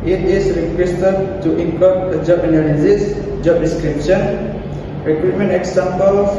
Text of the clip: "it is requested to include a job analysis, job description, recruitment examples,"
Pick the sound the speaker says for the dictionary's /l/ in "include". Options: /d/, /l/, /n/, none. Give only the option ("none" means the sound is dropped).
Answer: none